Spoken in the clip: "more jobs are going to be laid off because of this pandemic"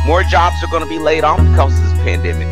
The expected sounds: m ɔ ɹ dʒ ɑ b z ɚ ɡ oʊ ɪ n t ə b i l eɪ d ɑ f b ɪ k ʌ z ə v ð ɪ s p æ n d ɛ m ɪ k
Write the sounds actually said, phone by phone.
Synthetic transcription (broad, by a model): m ɔ ɹ dʒ ɑ b z ɚ ɡ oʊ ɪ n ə b i l eɪ d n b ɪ k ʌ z ə v ð ɪ s p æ n d ɛ m ɪ k